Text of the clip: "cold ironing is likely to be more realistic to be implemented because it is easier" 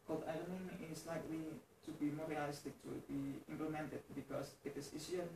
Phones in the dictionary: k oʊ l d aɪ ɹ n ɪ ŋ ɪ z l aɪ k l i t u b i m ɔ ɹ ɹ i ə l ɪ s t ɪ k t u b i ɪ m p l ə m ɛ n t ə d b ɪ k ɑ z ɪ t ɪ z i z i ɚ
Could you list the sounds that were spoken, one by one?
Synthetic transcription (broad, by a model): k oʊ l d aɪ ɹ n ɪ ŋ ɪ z l aɪ k l i t u b i m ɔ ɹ ɹ i ə l ɪ s t ɪ k t u b i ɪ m p l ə m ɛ n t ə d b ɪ k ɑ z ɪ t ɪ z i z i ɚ